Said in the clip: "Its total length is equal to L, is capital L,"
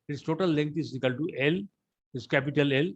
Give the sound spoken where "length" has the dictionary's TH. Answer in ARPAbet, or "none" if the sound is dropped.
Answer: T